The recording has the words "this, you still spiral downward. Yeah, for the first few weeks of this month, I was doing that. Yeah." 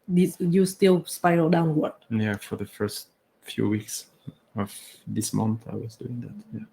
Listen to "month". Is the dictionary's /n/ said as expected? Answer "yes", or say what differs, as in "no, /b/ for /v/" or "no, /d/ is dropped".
yes